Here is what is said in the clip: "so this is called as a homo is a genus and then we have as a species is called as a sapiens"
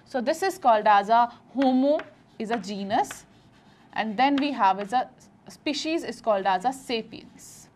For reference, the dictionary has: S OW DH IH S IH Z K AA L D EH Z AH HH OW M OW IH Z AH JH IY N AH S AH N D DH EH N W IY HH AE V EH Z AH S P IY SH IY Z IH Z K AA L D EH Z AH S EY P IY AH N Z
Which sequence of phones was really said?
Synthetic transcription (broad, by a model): S OW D IH S IH Z K AA L D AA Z AH HH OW M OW IH Z AH JH IY N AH S AH N D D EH N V IY HH AE V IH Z AH S P IY SH IY Z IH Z K AA L D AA Z AH S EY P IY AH N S